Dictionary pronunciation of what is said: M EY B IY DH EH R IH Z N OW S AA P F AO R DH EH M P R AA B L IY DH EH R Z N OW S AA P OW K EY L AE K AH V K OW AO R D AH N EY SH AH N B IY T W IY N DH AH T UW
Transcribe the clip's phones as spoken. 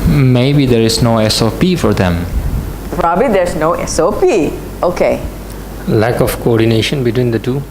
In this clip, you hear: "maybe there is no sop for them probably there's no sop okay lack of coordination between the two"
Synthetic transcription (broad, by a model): M EY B IY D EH R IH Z N OW S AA P F AO R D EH M P R AA B L IY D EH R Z N OW S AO P OW K EY L AE K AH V K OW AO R D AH N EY SH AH N B IY T W IY N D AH T UW